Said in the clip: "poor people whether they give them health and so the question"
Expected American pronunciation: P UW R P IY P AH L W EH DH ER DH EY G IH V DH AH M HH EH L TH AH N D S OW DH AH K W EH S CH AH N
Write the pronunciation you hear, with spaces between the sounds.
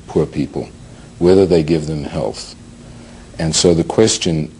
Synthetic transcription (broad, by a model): P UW R P IY P L W EH DH ER DH EY G IH V DH AH M HH EH L TH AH N S OW DH AH K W EH S CH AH N